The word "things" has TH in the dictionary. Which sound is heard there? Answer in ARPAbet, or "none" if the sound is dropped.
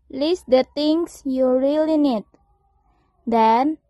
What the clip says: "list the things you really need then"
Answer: T